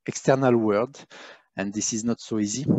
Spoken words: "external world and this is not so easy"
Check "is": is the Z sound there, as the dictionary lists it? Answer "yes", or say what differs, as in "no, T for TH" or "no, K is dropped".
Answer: yes